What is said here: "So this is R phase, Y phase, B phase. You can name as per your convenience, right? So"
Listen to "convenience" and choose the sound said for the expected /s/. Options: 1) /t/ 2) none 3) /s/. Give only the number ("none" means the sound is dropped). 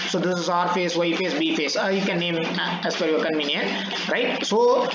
2